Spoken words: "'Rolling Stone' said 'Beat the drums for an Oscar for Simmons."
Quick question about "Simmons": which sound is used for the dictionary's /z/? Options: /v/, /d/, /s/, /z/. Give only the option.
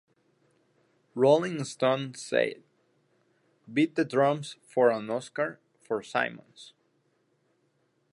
/s/